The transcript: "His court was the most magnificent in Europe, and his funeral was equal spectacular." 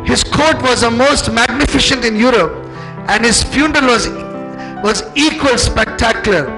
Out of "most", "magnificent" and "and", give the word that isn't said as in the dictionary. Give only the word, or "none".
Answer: magnificent